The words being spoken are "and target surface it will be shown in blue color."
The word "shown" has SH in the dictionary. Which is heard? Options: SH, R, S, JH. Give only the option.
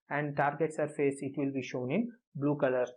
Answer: SH